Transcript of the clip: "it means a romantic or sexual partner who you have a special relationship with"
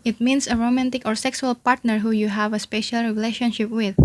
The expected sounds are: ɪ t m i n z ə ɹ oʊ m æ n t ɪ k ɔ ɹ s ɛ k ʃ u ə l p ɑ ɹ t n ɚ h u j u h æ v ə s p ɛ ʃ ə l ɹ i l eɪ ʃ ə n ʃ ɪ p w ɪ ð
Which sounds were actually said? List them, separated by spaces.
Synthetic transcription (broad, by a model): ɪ t m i n s ə ɹ oʊ m æ n t ɪ k ɔ ɹ s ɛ k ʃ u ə l p ɑ ɹ t n ɚ h u j u h æ v ə s p ɛ ʃ ə l ɹ i l eɪ ʃ ə n ʃ ɪ p w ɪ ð